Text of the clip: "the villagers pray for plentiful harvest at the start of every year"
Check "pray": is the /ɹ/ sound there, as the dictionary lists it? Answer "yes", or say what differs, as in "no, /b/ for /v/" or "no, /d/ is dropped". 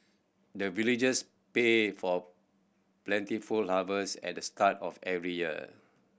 no, /ɹ/ is dropped